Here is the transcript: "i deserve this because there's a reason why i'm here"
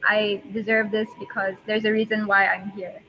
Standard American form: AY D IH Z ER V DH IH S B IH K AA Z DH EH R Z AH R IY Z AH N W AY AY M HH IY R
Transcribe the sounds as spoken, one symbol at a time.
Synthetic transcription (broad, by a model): AY D IH Z ER V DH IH S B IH K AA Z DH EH R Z AH R IY Z AH N W AY AY M HH IY R